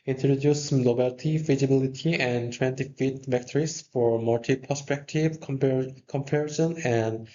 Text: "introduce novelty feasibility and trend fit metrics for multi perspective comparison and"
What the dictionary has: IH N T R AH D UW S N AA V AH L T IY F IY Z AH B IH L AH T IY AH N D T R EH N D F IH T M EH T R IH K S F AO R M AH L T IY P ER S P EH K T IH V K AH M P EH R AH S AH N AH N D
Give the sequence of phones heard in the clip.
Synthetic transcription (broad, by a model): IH N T R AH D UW S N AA B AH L T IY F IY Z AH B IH L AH T IY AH N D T W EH N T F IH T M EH T R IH S F AO R M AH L T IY P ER S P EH K T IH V K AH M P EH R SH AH N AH N D